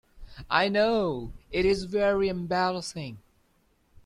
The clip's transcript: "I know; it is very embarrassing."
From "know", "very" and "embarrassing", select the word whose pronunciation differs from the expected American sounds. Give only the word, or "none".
embarrassing